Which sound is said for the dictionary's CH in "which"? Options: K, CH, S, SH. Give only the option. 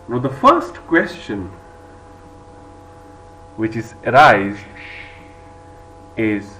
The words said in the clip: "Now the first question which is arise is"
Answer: CH